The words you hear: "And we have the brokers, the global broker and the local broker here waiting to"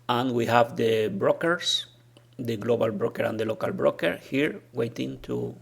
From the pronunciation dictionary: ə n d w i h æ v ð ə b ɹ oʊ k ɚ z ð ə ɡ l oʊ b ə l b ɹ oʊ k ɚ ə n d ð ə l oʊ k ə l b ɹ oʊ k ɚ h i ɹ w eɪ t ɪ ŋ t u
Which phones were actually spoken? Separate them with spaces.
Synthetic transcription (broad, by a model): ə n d w i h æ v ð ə b ɹ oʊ k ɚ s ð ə ɡ l oʊ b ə l b ɹ oʊ k ɚ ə n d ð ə l oʊ k ə l b ɹ oʊ k ɚ h i ɹ w eɪ t ɪ ŋ t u